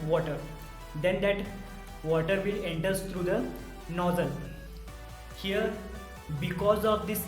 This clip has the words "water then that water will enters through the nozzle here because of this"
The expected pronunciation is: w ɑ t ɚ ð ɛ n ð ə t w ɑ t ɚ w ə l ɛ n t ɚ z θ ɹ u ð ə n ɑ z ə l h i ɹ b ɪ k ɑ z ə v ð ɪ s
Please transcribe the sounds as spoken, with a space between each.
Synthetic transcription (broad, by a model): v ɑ t ɚ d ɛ n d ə t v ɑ t ɚ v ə l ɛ n t ɚ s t ɹ u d ə n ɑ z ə n h i ɹ b ɪ k ɑ z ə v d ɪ s